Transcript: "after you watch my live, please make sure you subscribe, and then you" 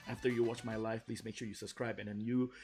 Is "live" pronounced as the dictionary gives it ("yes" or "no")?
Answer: no